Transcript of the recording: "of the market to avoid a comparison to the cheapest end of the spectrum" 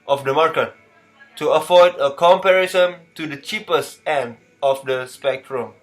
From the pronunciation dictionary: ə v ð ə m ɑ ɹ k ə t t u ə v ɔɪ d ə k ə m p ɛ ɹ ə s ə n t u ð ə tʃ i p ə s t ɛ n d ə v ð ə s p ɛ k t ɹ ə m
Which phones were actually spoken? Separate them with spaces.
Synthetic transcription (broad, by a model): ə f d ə m ɑ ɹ k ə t t u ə f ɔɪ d ə k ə m p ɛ ɹ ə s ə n t u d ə tʃ i p ə s t ɛ n d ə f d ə s p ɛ k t ɹ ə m